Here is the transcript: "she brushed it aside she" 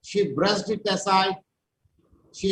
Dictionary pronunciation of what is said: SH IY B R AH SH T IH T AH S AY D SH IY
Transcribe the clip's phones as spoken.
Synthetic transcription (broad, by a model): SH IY B R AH S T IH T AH S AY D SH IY